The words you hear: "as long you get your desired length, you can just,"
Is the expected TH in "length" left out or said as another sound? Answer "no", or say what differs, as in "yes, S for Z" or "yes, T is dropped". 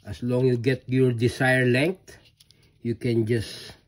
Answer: yes, T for TH